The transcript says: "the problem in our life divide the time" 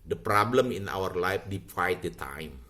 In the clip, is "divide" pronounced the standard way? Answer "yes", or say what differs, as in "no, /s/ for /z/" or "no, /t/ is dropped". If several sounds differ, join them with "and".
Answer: no, /w/ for /v/